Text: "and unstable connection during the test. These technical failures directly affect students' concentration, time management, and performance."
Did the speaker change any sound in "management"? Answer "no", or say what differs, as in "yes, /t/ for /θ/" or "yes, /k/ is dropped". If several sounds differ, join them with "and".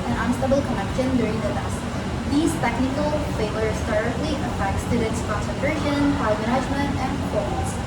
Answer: yes, /z/ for /dʒ/